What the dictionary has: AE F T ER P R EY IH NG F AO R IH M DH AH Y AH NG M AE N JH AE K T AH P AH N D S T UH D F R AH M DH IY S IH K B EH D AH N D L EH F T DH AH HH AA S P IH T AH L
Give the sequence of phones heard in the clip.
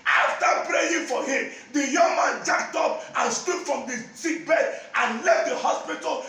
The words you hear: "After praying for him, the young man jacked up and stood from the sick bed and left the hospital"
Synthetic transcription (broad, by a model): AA F T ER P R EY IH NG F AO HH IH M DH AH Y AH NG M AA N JH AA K T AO P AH N S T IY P F R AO M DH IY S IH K B EH D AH N L EH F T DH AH HH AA S P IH T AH L